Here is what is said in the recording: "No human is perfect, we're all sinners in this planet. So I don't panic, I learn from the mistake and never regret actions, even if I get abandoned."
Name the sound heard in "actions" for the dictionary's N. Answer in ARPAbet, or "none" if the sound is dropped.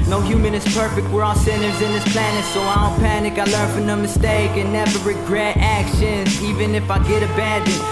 N